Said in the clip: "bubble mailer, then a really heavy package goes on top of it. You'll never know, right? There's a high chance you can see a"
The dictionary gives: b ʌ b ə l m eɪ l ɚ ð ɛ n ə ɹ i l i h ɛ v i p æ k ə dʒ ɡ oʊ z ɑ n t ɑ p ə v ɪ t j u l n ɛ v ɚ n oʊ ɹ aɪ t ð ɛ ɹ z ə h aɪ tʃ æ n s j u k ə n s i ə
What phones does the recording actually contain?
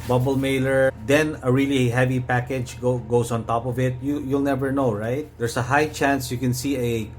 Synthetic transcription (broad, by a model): b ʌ b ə l m eɪ l ɚ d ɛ n ə ɹ i l i h ɛ v i p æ k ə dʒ ɡ oʊ s ɑ n t ɑ p ə v ɪ t j u l n ɛ v ɚ n oʊ ɹ aɪ t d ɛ ɹ s ə h aɪ tʃ æ n s j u k ə n s i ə